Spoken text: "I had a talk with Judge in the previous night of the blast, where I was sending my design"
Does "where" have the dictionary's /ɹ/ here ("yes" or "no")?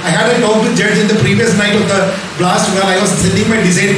no